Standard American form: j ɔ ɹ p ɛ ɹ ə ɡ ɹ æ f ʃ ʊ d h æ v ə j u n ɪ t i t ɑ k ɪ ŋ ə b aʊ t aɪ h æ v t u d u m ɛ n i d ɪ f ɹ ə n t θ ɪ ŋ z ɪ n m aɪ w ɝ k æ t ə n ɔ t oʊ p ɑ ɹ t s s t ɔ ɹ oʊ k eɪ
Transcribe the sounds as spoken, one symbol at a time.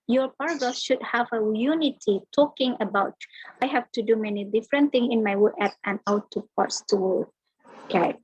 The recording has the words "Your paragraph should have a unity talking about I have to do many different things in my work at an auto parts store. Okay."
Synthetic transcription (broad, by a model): j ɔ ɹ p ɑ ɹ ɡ ʌ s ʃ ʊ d h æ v ə j u n ɪ t i t ɑ k ɪ ŋ ə b aʊ t aɪ h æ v t u d u m ɛ n i d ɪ f ɹ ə n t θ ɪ ŋ s ɪ n m aɪ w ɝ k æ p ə n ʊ t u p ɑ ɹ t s s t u w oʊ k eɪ